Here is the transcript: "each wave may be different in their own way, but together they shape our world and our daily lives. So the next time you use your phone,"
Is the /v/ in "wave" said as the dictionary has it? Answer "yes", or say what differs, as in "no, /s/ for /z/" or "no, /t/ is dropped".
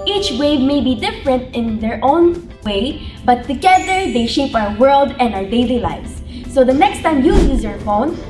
yes